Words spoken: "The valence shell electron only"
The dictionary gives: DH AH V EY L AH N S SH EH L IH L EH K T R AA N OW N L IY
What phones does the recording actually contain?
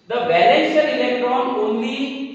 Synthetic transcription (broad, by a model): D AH B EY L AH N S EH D IH L EH K T R AA N OW N L IY